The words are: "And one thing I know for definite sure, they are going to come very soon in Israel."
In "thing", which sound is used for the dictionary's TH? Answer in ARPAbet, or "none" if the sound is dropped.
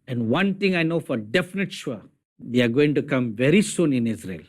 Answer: T